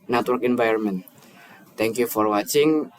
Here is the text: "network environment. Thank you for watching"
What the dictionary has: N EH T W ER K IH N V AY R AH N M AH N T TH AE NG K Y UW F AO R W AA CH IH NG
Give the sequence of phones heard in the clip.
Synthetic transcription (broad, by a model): N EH T W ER K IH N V AY AH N M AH N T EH NG K Y UW F AO R W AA CH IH NG